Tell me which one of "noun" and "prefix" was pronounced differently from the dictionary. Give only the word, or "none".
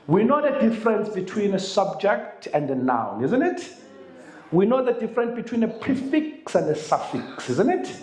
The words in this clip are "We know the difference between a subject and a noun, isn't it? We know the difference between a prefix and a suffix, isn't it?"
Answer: none